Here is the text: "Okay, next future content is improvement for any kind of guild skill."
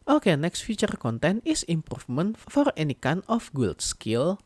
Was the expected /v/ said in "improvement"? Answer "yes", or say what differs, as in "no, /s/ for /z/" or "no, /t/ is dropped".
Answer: no, /f/ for /v/